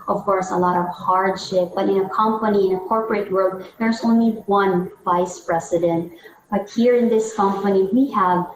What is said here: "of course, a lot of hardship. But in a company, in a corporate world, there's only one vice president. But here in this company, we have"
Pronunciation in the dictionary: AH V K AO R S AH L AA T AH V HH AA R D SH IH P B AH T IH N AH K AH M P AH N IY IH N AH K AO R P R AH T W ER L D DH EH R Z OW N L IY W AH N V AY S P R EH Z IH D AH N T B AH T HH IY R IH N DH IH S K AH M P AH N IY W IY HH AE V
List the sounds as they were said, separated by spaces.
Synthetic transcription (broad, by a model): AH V K AO R S AH L AA T AH V HH AA R D SH IH P B AH T IH N AH K AH M P AH N IY IH N AH K AO R P R AH T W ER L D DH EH R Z OW N L IY W AH N V AY S P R EH S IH D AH N T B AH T HH IY R IH N DH IH S K AH M P AH N IY W IY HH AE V